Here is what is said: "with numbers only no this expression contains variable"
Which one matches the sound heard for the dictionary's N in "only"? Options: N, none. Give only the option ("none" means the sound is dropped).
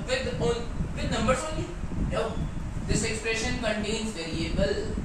none